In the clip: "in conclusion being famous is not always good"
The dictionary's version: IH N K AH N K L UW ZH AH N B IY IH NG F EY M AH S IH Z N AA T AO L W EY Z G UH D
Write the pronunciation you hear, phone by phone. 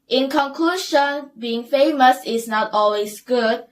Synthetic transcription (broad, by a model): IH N K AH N K L UW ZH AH N B IY IH NG F EY M AH S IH S N AA T AO L W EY S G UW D